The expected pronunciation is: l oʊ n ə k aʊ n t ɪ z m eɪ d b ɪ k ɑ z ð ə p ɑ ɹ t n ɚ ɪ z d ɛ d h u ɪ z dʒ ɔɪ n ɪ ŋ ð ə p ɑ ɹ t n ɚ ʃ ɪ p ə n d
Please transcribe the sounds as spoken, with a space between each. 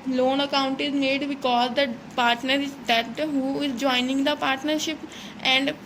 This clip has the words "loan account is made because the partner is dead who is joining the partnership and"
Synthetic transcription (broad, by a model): l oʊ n ə k aʊ n t ɪ z m eɪ d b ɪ k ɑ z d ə p ɑ ɹ t n ɚ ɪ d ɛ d h u ɪ z dʒ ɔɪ n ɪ ŋ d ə p ɑ ɹ t n ɚ ʃ ɪ p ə n d